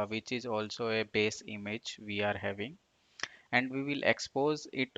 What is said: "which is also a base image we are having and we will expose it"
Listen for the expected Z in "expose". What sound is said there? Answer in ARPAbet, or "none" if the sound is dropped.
Z